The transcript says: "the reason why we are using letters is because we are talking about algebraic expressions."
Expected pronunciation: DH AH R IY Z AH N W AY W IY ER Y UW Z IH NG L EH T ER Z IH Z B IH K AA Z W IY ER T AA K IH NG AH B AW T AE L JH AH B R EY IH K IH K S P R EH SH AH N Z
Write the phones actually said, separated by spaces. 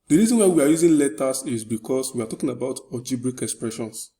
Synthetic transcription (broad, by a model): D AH R IY Z AH N W AY W IY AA Y UW Z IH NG L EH T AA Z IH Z B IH K AA S W IY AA T AA K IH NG AH B AW T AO JH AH B R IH K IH K S P R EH SH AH N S